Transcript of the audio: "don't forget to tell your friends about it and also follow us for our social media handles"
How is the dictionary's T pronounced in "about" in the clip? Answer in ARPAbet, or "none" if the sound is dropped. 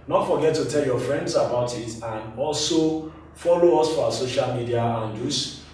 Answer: T